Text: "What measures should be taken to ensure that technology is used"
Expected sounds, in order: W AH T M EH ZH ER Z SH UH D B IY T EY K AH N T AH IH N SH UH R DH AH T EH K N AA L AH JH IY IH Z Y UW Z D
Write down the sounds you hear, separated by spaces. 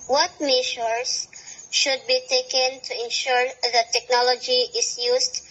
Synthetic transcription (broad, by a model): W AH T M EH SH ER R SH UH D B IY T EY K AH N T AH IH N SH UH R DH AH T EH K N AA L AH JH IY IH S Y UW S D